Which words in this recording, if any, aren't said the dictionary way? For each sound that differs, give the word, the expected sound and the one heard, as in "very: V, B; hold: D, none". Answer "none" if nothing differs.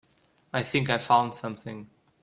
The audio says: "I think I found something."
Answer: none